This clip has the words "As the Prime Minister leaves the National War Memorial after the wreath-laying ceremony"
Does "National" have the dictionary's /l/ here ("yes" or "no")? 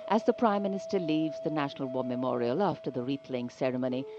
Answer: yes